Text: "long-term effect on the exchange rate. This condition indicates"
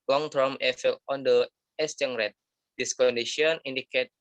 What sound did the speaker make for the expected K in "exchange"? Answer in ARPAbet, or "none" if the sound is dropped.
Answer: none